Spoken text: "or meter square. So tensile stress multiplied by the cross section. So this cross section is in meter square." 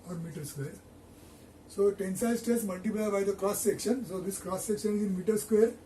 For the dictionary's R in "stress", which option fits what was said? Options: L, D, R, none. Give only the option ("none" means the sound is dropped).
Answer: none